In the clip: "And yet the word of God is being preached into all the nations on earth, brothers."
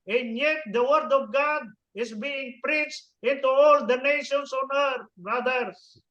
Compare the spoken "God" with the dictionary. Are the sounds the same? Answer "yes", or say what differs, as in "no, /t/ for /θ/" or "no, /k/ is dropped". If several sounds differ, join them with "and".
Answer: yes